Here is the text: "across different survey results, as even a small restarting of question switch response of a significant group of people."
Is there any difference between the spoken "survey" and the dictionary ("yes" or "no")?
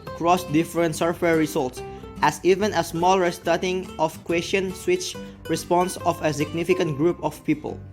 yes